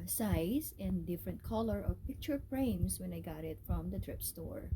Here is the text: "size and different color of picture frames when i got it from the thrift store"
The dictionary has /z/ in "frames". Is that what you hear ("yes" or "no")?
no